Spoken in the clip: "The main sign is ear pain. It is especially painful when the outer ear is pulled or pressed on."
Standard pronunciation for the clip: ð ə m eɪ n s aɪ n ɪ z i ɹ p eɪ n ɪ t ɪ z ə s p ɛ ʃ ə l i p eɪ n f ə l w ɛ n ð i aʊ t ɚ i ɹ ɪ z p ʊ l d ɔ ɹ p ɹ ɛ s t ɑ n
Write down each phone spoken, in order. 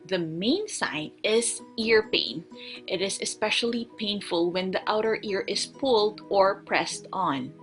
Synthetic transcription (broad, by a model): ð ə m eɪ n s aɪ n ɪ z i ɹ p eɪ n ɪ t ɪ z ə s p ɛ ʃ ə l i p eɪ n f ə l w ɛ n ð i aʊ t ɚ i ɹ ɪ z p ʊ l d ɔ ɹ p ɹ ɛ s t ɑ n